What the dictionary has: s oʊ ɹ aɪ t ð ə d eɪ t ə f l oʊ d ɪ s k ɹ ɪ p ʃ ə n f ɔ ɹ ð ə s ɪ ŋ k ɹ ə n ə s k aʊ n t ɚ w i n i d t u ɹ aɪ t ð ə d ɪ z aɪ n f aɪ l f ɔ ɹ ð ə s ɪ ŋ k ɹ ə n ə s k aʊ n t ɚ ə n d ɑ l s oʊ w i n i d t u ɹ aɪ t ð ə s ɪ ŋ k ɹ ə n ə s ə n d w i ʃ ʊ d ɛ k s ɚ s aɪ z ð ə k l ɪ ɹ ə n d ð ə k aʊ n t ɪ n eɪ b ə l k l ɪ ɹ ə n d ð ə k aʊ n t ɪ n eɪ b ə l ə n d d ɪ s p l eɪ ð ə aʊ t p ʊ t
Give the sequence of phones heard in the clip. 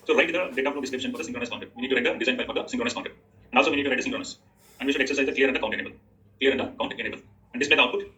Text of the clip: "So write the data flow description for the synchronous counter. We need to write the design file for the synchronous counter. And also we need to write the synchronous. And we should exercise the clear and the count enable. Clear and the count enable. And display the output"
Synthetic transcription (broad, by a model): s oʊ ɹ aɪ t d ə d eɪ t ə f n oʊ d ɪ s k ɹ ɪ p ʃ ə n f ɔ ɹ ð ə s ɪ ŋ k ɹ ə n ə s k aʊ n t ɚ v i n i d t u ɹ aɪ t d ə d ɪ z aɪ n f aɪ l f ɔ ɹ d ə s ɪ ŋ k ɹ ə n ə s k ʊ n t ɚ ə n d ɑ l s oʊ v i n i d t u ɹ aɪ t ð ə s ɪ ŋ k ɹ ə n ə s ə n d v i ʃ ʊ d ɛ k s ɚ s aɪ z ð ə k l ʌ ɹ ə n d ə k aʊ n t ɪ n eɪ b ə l k l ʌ ɹ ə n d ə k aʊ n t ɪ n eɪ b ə l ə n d d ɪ s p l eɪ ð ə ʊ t p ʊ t